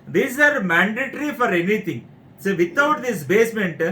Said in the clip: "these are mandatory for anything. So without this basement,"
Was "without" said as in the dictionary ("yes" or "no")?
no